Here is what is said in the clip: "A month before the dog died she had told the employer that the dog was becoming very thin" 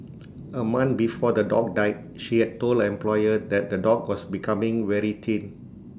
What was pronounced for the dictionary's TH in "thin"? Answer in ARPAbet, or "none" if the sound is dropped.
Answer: T